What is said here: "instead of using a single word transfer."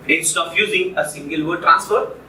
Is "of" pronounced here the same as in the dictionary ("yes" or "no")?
no